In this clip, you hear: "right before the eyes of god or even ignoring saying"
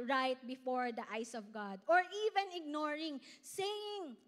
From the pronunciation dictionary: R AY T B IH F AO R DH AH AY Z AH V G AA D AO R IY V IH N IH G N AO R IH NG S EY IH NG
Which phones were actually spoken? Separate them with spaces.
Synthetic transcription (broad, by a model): R AY T B IH F AO R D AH AY S AH V G AA D AO R IY V IH N IH G N AO R IH NG S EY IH NG